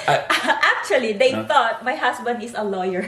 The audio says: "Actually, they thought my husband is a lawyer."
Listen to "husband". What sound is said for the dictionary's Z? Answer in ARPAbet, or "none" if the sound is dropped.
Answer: S